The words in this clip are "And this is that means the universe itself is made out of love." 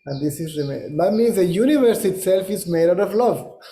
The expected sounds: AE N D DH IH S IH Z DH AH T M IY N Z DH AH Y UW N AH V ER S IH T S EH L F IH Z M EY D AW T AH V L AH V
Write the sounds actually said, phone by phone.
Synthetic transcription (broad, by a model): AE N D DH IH S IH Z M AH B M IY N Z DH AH Y UW N AH V ER S IH T S EH L F IH Z M EY D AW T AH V L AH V